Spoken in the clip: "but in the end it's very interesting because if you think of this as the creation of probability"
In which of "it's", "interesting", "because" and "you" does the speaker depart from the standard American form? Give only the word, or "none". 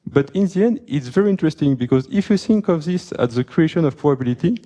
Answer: none